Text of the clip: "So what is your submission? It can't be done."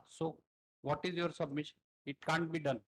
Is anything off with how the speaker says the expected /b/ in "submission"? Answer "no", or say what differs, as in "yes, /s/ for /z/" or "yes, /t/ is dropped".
no